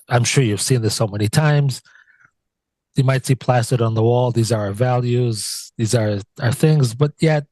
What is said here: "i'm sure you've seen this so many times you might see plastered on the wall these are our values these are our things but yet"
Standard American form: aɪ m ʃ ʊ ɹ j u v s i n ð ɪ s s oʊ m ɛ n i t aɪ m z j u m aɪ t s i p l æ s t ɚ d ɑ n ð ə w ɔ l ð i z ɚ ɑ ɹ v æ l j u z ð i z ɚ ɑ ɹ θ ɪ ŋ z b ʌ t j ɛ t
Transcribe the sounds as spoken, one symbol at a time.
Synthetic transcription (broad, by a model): aɪ m ʃ ʊ ɹ j u v s i n ð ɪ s s oʊ m ɛ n i t aɪ m z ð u m aɪ t s i p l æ s t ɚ d n ð ə w ɔ l ð i z ɚ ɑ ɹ v æ l j u z ð i z ɚ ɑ ɹ θ ɪ ŋ z b ʌ t j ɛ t